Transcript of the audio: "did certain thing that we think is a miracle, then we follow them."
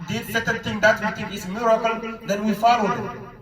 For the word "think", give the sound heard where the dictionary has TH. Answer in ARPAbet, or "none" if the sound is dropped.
T